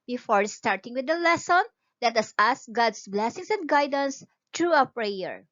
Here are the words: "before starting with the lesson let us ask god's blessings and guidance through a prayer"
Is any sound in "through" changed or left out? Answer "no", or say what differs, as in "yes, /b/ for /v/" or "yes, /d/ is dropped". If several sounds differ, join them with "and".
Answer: yes, /t/ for /θ/